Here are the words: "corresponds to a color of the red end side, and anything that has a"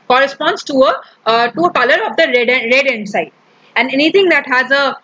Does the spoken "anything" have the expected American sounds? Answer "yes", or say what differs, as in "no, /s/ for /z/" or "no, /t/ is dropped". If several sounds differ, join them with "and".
no, /t/ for /θ/